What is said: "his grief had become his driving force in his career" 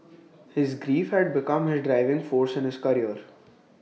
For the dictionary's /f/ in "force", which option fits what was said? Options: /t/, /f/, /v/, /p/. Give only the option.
/f/